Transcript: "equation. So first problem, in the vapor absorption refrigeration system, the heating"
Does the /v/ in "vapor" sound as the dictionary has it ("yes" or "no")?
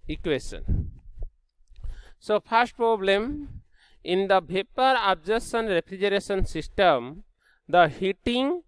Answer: no